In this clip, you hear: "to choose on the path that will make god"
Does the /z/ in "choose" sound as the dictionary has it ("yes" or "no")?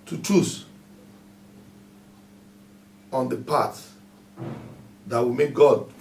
no